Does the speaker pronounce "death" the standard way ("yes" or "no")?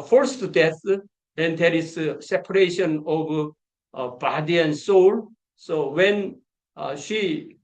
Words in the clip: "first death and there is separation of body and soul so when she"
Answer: no